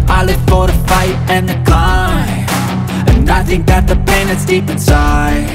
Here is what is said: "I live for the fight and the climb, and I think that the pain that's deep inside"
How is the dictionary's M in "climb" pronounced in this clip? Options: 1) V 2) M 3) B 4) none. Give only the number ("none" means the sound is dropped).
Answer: 4